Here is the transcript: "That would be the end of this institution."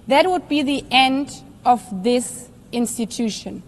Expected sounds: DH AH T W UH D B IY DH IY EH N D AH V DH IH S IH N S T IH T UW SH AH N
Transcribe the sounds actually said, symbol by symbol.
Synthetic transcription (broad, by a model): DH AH T W UH D B IY DH IY EH N D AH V DH IH S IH N S T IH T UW SH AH N